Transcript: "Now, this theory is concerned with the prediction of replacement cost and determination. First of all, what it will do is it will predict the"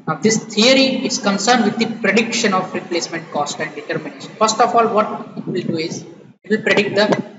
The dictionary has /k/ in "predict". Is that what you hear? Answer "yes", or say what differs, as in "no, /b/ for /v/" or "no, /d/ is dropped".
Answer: yes